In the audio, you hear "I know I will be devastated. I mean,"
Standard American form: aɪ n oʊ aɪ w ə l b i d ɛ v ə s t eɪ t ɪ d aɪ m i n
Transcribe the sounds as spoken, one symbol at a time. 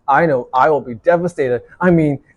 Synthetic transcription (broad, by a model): aɪ n oʊ aɪ w ə l b i d ɛ v ə s t eɪ t ɪ d aɪ m i n